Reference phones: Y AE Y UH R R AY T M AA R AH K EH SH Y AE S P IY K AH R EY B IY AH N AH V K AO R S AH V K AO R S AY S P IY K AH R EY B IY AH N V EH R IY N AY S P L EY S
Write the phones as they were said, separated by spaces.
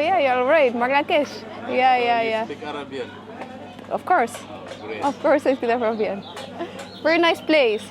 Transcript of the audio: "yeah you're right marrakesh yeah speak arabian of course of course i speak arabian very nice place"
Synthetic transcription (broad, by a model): Y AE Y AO L R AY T M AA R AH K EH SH Y AE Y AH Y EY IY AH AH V K AO R S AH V K AO R S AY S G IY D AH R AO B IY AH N V EH R IY N AY S P L EY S